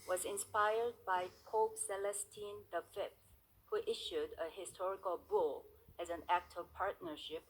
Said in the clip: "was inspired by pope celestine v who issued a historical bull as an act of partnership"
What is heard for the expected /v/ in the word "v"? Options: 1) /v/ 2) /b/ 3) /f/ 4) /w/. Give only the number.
3